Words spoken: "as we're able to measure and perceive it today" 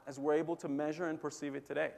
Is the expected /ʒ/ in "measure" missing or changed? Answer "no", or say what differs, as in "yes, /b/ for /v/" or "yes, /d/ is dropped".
no